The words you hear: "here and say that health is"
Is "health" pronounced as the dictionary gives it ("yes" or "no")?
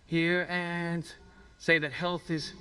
yes